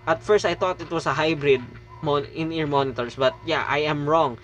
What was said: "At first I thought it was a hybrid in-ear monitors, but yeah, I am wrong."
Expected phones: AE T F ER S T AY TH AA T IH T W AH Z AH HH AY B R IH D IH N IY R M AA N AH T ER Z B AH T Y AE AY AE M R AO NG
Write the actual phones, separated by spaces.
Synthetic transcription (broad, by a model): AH T F ER S T AY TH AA T IH T W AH S AH HH AY B R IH D IH N IY R M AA N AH T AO S B AH T Y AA AY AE M R AO NG